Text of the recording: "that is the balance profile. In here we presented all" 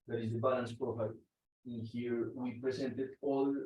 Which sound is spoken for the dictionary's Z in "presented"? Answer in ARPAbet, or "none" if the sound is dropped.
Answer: S